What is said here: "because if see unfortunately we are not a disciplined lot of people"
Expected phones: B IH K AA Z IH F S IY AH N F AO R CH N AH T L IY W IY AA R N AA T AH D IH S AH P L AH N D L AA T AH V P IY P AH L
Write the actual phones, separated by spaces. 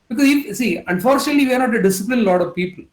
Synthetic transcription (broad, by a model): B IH K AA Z IH F S IY AH N F AO R CH N AH T L IY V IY AA R N AA T AH D IH S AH P L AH N L AA T AH V P IY P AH L